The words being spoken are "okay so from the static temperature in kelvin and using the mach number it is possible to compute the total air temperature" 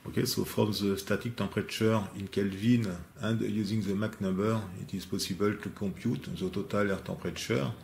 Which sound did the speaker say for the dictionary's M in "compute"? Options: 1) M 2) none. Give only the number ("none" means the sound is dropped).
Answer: 2